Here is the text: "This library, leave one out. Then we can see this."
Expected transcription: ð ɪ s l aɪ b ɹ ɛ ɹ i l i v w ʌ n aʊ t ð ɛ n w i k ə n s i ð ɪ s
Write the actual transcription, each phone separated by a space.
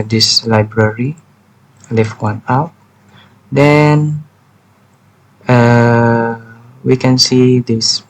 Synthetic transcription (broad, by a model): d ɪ s l aɪ b ɹ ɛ ɹ i l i f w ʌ n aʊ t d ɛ n w i k ə n s i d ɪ s